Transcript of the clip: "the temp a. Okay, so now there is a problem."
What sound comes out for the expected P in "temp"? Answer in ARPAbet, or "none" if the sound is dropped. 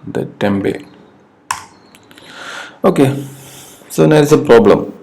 B